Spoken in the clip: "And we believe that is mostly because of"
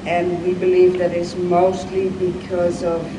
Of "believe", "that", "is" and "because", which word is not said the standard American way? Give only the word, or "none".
is